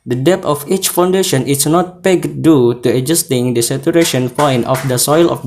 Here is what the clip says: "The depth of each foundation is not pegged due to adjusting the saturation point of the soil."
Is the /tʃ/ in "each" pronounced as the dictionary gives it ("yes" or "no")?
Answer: yes